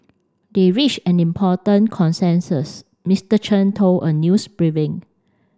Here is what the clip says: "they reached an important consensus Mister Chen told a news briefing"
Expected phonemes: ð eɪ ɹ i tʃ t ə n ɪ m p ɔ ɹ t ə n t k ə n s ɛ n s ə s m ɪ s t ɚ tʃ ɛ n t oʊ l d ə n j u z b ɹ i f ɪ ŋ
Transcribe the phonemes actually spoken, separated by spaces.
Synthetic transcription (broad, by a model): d eɪ ɹ i tʃ ə n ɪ m p ɔ t ə n k ə n s ɛ n s ə s m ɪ s t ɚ tʃ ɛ n t oʊ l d ə n j u s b ɹ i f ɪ ŋ